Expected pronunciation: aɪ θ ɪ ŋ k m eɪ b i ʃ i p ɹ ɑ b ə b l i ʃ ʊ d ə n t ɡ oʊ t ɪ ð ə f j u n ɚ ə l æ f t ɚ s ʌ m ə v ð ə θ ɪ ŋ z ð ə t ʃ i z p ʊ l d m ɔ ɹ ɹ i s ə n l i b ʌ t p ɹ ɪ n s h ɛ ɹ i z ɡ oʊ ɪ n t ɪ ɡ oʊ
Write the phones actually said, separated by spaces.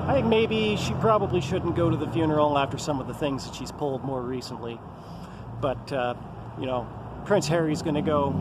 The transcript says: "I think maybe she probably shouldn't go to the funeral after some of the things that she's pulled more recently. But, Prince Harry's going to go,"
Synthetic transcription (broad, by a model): aɪ θ ɪ ŋ k m eɪ b i ʃ i p ɹ ɑ b ə b l i ʃ ʊ d n ɡ oʊ t ɪ ð ə f j u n ɚ l æ f t ɚ s ʌ m ə v ð ə θ ɪ ŋ z ð ə t ʃ i z p ʊ l d m ɔ ɹ ɹ i s ə n l i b ʌ t p ɹ ɪ n s h ɛ ɹ i z ɡ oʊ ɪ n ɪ ɡ oʊ